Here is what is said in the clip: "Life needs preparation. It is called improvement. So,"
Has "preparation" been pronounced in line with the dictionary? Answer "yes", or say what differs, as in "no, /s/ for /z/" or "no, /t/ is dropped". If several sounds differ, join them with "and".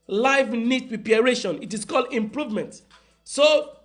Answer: no, /ɹ/ is dropped and /p/ is dropped